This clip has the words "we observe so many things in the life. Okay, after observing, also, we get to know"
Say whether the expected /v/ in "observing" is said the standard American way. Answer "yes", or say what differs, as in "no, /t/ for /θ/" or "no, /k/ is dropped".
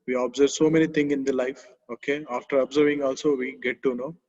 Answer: yes